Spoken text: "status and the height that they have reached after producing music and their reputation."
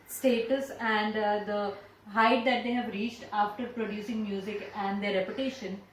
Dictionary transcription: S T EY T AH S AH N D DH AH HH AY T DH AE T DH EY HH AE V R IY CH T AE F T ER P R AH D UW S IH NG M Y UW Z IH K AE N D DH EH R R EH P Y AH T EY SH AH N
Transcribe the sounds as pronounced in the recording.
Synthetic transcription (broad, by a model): S T EY T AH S AH N D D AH HH AY T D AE T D EY HH AE V R IY CH T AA F T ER P R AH D UW S IH NG M Y UW Z IH K AE N D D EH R R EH P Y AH T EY SH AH N